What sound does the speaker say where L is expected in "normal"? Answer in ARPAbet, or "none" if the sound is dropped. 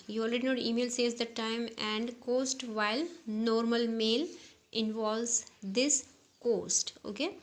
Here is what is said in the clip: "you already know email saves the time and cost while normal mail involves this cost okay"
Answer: L